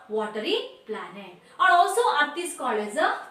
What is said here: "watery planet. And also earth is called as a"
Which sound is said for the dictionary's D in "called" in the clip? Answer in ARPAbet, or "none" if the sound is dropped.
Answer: none